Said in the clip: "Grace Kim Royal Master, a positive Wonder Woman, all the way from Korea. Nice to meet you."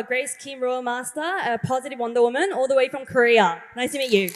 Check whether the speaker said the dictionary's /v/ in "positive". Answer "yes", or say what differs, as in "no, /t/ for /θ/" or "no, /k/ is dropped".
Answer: yes